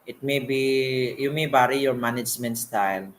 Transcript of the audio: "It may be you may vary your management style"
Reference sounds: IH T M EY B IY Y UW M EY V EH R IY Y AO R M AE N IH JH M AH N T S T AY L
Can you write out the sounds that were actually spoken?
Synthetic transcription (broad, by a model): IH T M EY B IY Y UW M EY B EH R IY Y AO R M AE N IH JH M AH N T S T AY L